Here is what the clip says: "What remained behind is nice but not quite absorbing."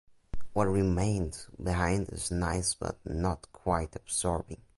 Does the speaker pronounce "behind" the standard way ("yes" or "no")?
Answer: yes